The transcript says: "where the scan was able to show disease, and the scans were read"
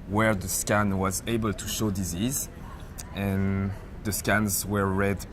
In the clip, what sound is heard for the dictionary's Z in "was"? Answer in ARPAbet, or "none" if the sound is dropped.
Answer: Z